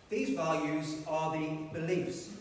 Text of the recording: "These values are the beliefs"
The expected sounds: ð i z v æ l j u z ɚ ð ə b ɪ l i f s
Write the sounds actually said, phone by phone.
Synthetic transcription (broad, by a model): ð i z v æ l j u z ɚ ð ə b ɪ l i f s